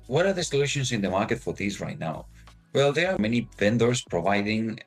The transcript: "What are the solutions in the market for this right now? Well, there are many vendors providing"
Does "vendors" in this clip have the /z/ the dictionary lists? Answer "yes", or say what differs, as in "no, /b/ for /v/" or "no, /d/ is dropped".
no, /s/ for /z/